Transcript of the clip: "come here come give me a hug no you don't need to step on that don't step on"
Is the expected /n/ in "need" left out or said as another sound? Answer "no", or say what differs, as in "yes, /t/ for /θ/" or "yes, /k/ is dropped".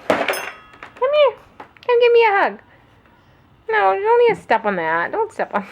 yes, /l/ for /n/